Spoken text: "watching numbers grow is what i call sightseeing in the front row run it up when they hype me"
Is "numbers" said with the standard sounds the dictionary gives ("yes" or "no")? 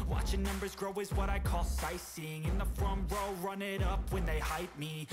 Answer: yes